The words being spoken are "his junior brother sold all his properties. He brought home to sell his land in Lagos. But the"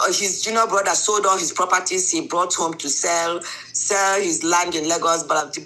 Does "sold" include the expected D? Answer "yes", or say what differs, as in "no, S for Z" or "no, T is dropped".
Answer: yes